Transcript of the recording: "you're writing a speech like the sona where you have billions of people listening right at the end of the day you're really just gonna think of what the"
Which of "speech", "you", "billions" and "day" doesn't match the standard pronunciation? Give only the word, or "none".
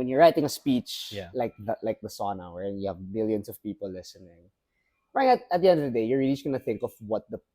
billions